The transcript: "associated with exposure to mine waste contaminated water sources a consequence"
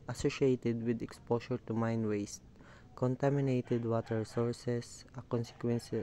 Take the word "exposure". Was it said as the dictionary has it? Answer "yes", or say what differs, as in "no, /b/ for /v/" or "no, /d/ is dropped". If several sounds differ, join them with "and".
no, /ʃ/ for /ʒ/